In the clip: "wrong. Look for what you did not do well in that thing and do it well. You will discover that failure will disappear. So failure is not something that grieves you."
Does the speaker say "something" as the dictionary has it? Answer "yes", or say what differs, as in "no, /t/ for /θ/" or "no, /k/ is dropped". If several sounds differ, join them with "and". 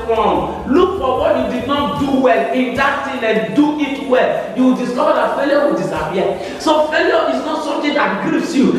no, /t/ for /θ/